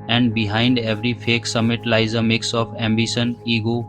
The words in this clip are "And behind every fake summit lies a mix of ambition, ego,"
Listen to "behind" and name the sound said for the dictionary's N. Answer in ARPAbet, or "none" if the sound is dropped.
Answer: N